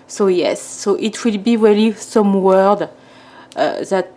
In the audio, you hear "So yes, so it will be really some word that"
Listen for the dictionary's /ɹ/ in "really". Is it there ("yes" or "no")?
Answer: no